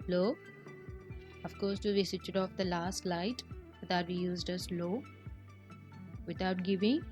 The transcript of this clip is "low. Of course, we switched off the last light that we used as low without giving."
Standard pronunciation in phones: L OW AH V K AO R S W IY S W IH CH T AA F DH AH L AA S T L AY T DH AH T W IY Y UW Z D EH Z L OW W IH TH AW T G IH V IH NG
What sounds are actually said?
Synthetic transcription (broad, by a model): L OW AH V K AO R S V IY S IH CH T AA F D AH L AA S T L AY T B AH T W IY Y UW Z D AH S L OW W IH T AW T G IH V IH NG